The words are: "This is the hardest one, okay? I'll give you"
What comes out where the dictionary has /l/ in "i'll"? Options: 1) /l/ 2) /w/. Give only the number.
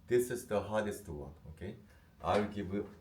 2